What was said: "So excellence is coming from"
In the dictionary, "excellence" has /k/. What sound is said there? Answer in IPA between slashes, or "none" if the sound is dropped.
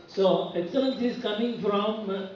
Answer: none